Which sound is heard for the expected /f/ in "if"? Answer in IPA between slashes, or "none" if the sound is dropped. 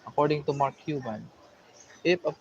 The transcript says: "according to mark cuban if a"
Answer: /p/